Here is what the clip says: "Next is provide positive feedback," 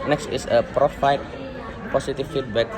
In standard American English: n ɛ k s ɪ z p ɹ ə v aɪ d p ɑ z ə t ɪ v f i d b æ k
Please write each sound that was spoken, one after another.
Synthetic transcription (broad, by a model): n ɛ k s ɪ s p ɹ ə f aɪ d p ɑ s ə t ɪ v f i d b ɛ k